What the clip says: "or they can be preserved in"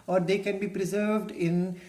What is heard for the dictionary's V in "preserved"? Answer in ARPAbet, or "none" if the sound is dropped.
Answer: V